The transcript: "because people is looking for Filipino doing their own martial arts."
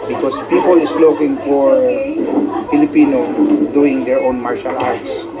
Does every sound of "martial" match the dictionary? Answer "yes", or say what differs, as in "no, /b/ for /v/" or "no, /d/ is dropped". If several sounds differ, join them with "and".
yes